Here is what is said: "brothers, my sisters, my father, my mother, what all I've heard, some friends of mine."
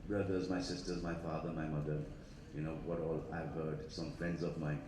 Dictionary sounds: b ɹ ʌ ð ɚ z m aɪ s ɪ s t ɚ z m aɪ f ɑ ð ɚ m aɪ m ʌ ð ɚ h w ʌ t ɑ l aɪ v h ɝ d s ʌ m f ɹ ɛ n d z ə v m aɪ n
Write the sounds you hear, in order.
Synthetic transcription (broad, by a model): b ɹ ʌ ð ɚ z m aɪ s ɪ s t ɚ z m aɪ f ɑ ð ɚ m aɪ m ʌ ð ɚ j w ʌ t ɑ l aɪ v h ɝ d s ʌ m f ɹ ɛ n d z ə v m aɪ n